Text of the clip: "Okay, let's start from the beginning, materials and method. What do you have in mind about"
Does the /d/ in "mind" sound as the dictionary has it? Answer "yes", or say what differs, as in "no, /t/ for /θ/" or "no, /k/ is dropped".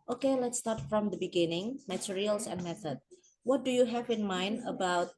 yes